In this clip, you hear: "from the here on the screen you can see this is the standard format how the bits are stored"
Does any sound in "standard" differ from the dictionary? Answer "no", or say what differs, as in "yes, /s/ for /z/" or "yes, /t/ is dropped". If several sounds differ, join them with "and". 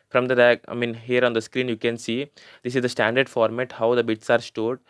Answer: no